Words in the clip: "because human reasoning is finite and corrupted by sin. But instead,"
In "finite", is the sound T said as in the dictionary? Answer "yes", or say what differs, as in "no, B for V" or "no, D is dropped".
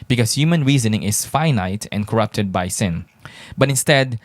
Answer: yes